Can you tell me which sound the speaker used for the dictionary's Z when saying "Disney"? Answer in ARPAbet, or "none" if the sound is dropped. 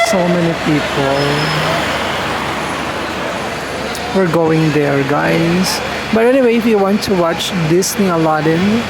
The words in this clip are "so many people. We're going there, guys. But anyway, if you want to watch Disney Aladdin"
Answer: S